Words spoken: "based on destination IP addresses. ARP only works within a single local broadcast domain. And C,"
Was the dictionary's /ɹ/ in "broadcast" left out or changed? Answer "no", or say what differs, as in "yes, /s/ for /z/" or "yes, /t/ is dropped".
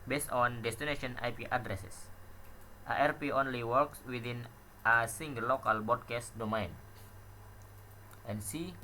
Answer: yes, /ɹ/ is dropped